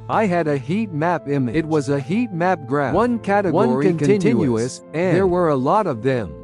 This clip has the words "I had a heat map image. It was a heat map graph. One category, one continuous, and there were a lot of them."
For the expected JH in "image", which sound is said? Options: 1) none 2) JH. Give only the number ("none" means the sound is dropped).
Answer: 1